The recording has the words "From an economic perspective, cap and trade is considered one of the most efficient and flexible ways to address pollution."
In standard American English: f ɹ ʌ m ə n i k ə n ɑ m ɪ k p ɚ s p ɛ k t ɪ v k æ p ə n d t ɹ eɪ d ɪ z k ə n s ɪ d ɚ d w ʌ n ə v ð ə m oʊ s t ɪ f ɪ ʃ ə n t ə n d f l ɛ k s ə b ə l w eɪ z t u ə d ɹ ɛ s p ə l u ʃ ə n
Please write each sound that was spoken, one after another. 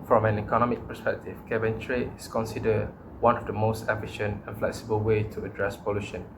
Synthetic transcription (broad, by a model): f ɹ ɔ m ə n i k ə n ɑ m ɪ k p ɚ s p ɛ k t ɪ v k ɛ b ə n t ɹ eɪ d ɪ s k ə n s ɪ d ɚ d w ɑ n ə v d ə m oʊ s t ɪ f ɪ ʃ ə n t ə n f l ɛ k s ə b ə l w eɪ t u ə d ɹ ɛ s p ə l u ʃ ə n